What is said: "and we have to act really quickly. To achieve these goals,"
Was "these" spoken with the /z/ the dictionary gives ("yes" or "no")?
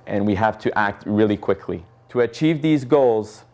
yes